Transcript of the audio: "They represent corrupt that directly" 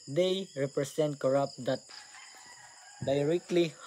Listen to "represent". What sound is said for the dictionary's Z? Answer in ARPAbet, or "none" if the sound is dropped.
S